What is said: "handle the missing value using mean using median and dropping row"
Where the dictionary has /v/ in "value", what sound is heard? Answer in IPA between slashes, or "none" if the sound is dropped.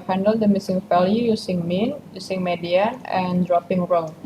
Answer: /f/